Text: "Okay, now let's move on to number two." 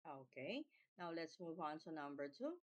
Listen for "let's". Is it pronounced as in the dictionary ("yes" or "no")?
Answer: yes